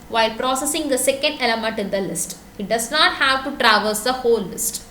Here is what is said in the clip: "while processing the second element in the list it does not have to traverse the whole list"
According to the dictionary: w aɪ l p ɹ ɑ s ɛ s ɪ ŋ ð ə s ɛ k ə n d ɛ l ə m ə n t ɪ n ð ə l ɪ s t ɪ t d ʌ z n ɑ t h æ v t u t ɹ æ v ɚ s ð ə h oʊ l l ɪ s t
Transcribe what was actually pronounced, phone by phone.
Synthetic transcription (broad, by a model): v aɪ l p ɹ ɑ s ɛ s ɪ ŋ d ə s ɛ k ə n d ɛ l ə m ə n t ɪ n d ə l ɪ s t ɪ t d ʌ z n ɑ t h æ v t u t ɹ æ v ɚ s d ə h oʊ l l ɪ s t